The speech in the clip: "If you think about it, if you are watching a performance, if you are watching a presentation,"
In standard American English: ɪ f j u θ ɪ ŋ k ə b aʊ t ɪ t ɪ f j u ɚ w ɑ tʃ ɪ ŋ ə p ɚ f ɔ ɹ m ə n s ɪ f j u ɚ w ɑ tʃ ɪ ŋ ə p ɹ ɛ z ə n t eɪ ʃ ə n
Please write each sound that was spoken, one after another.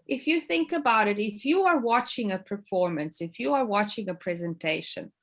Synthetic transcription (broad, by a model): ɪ f j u θ ɪ ŋ k ə b aʊ t ɪ t ɪ f j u ɚ w ɑ tʃ ɪ ŋ ə p ɚ f ɔ ɹ m ə n s ɪ f j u ɚ w ɑ tʃ ɪ ŋ ə p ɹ ɛ z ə n t eɪ ʃ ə n